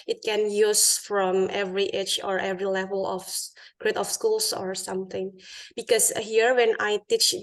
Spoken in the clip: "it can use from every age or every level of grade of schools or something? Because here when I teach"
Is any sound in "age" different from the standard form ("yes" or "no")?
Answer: yes